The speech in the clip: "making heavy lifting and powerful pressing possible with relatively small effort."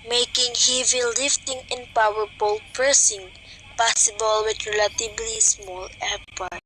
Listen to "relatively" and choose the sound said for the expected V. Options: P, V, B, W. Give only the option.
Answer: B